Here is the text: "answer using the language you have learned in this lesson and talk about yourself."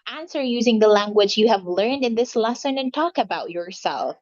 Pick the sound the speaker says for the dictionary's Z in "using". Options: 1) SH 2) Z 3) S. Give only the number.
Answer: 2